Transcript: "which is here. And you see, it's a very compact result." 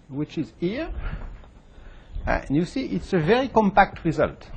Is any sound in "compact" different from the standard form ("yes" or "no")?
no